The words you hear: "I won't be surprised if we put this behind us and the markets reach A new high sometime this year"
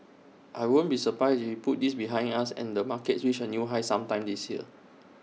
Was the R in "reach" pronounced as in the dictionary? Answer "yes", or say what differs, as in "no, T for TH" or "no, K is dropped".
no, W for R